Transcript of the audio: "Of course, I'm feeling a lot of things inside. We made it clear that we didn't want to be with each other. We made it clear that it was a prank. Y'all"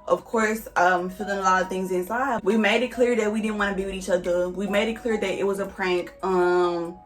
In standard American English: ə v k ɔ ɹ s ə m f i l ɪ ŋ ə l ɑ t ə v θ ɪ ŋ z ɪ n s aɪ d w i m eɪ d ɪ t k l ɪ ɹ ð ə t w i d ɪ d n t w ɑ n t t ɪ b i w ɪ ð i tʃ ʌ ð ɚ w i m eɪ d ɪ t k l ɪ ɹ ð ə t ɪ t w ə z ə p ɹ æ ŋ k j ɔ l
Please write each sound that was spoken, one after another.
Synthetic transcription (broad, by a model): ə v k ɔ ɹ s ə m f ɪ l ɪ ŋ ə l ɑ t ə v θ ɪ ŋ z ɪ n s aɪ d w i m eɪ d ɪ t k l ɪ ɹ ð ə t w i d ɪ d n t w ɑ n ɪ b i w ɪ ð i tʃ ʌ ð ɚ w i m eɪ d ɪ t k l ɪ ɹ ð ə t ɪ t w ə z ə p ɹ æ ŋ k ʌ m